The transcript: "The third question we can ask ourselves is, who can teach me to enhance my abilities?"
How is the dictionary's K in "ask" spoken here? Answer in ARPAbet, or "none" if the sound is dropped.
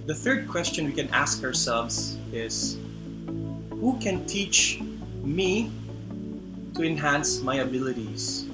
K